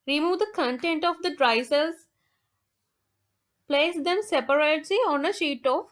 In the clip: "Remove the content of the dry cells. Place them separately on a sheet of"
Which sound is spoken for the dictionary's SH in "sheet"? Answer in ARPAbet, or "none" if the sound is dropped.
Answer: SH